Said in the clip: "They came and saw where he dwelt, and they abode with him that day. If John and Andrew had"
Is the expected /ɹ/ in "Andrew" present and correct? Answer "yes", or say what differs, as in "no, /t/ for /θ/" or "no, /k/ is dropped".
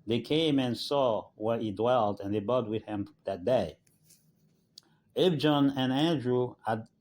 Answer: yes